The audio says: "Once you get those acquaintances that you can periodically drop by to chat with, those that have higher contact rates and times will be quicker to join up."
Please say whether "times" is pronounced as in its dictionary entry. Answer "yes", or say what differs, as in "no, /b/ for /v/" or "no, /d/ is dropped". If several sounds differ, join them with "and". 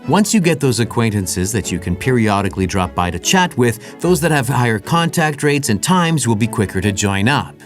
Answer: yes